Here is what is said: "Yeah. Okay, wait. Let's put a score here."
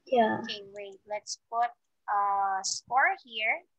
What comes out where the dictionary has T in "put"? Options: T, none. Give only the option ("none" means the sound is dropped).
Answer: T